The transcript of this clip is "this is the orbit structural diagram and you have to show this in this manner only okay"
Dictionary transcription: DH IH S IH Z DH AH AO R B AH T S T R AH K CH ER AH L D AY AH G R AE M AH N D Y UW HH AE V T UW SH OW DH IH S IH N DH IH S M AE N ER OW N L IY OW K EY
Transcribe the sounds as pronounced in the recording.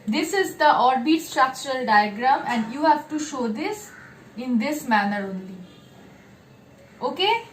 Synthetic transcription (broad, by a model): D IH S IH Z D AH AO R B AH T S T R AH K CH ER AH L D AY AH G R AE M AH N D Y UW HH AE V T UW SH OW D IH S IH N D IH S M AE N ER OW N L IY OW K EY